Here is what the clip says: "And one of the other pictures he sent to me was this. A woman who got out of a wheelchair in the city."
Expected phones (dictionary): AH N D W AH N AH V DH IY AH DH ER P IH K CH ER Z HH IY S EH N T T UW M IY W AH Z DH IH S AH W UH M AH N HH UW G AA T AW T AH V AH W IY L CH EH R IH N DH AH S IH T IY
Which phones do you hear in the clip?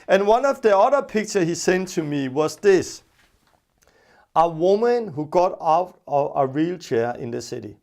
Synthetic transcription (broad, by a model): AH N W AH N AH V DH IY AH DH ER P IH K CH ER HH IY S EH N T T UW M IY W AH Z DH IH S AH W UH M AH N HH UW G AA T AW T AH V AH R IY L CH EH IH N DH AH S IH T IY